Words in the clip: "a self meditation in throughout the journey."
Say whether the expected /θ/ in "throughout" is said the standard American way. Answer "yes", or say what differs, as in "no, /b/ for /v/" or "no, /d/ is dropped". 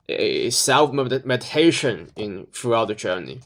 no, /f/ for /θ/